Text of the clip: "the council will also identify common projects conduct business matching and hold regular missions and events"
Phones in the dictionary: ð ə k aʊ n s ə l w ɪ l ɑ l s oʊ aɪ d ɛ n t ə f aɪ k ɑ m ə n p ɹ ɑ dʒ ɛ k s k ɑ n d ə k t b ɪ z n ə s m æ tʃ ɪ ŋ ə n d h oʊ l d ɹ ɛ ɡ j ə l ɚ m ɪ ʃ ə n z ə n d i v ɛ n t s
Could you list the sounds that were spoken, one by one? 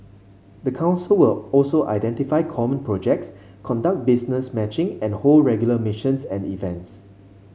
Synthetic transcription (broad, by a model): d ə k aʊ n s ə l w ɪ l ɑ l s oʊ aɪ d ɛ n t ə f aɪ k ɑ m ə n p ɹ ɑ dʒ ɛ k s k ɑ n d ə k t b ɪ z n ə s m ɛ tʃ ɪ ŋ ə n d h oʊ l ɹ ɛ ɡ j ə l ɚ m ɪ ʃ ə n s ə n d i v ɛ n t s